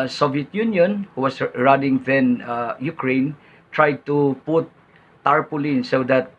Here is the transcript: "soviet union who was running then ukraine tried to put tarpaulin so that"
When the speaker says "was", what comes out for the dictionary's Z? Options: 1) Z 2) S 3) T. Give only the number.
2